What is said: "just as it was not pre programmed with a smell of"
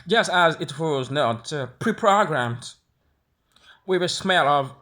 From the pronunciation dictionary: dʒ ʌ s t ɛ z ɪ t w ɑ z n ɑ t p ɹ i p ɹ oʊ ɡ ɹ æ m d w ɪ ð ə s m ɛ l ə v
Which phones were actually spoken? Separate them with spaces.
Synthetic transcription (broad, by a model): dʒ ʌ s t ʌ z ɪ t w ɑ z n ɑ t p ɹ i p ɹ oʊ ɡ ɹ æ m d w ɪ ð ə s m ɛ l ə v